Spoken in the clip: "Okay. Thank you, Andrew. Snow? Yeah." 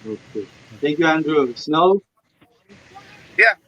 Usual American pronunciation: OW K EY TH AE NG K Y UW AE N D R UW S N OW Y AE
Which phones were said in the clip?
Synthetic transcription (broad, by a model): OW K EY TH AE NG K Y UW AE N D R UW S N OW Y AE